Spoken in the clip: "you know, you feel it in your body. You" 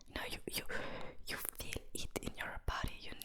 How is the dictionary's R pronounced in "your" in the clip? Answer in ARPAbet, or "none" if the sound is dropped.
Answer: R